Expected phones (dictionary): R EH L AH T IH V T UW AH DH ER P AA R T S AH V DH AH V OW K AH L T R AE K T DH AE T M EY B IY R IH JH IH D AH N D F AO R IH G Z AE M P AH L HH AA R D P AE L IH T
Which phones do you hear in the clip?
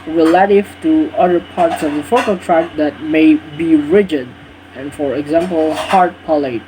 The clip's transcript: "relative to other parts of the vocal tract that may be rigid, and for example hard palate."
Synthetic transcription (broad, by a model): R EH L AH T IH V T UW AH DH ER P AA R T S AH V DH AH F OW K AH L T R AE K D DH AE T M EY B IY R IH JH IH D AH N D F AO R IH G Z AE M P AH L HH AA R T P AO L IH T